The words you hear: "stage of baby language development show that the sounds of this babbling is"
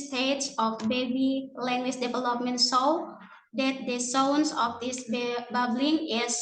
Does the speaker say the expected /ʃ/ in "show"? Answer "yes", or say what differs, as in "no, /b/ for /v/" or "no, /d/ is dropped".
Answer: no, /s/ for /ʃ/